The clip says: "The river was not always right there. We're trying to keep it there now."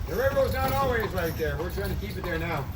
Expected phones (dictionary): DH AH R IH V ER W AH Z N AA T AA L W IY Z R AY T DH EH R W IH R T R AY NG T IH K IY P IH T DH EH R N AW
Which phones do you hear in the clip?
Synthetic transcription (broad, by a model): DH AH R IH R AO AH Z N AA T AA L W IY Z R AY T DH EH R W IH R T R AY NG T IH K IY P IH T DH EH R N AW